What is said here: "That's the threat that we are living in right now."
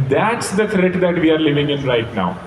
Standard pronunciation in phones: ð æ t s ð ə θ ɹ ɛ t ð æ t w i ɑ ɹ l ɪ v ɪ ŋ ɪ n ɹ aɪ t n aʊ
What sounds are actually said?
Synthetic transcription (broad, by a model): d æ t s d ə t ɹ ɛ t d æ t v i ɑ ɹ l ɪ v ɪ ŋ ɪ n ɹ aɪ t n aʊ